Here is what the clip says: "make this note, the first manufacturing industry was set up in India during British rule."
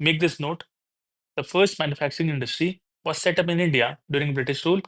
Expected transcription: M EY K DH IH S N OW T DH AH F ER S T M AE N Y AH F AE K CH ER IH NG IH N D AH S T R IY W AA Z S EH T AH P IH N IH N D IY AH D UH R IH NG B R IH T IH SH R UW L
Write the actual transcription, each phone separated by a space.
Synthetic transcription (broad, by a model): M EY K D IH S N OW T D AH F ER S T M AE N Y AH F AE K CH ER IH NG IH N D AH S T R IY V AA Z S EH T AH P IH N IH N D IY AH D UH R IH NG B R IH T IH SH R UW L